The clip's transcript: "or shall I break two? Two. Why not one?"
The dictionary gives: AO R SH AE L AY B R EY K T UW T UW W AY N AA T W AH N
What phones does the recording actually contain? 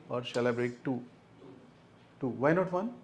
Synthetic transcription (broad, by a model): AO R S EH L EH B R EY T T UW T UW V AY N AA T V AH N